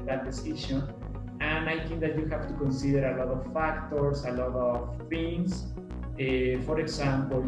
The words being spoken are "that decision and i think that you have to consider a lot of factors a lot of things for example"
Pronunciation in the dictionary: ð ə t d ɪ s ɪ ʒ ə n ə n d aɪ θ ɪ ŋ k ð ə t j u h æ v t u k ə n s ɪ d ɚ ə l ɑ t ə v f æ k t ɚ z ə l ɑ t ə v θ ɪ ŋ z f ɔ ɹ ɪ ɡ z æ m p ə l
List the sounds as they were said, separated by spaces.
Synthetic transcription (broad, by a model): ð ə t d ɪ s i ʃ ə n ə n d aɪ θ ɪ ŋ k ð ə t j u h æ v t u k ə n s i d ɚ ə l ɑ t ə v f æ k t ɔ s ə l ɑ t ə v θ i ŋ s f ɔ ɹ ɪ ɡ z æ m p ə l